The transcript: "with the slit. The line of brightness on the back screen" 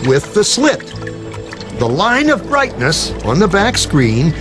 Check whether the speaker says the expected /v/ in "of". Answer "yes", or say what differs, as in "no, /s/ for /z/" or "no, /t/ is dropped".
yes